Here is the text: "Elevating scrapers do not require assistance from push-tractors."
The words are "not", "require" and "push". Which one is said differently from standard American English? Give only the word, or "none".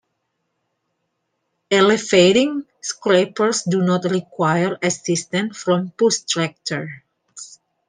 push